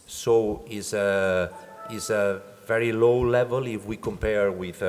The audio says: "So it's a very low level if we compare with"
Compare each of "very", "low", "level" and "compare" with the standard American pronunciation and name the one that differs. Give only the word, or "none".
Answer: none